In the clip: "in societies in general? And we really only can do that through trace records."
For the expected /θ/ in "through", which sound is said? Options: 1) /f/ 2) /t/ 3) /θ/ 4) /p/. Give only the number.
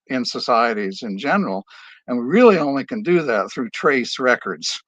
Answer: 3